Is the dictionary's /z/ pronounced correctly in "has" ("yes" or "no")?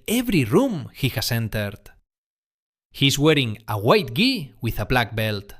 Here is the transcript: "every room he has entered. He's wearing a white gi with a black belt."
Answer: no